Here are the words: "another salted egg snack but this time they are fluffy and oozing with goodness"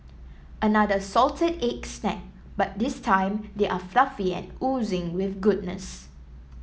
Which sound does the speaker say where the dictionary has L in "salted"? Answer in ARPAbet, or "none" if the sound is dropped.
L